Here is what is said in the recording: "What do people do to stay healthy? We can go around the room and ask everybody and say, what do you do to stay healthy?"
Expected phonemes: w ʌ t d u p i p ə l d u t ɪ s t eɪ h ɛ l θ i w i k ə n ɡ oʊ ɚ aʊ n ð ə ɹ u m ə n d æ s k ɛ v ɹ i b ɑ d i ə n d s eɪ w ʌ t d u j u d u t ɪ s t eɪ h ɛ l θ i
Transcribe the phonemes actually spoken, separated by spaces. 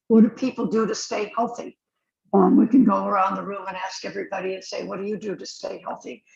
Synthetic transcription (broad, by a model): w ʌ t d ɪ p i p l d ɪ t ɪ s t eɪ h ɛ l θ i w i k ə n ɡ oʊ ɚ aʊ n ð ə ɹ u m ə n æ s k ɛ v ɹ i b ɑ d i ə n s eɪ w ʌ t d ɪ j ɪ d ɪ t ɪ s t eɪ h ɛ l θ i